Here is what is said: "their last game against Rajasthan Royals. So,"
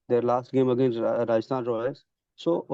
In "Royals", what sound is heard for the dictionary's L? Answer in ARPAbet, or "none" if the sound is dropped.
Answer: none